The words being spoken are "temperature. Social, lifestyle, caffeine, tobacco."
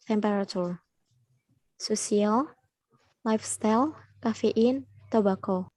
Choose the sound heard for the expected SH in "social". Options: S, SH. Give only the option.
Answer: S